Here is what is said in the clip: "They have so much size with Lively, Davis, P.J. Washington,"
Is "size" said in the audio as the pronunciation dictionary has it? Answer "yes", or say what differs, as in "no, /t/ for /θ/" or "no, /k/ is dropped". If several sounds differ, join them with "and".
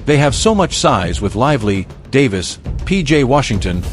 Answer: yes